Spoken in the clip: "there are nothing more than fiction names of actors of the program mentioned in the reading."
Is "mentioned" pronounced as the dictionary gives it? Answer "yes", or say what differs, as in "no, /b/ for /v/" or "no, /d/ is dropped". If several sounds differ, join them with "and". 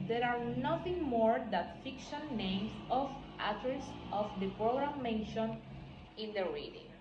no, /d/ is dropped